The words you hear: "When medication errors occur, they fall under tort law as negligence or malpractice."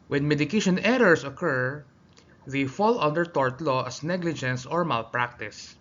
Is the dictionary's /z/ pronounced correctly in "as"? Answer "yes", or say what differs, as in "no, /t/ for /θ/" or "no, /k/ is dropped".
no, /s/ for /z/